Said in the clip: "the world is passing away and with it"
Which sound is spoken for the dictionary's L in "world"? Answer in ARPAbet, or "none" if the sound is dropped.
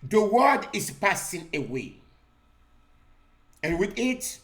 none